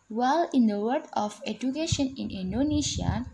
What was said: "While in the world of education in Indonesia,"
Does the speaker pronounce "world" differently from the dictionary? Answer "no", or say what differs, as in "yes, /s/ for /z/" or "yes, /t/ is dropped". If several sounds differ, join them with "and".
yes, /l/ is dropped